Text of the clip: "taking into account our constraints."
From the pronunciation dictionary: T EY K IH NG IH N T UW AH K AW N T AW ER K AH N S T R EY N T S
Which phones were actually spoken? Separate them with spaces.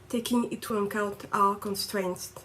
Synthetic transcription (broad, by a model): T EY K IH NG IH T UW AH K AW N T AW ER K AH N S T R EY N T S